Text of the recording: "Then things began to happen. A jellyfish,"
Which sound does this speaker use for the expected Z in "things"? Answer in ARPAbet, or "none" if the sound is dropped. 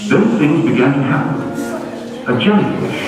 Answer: Z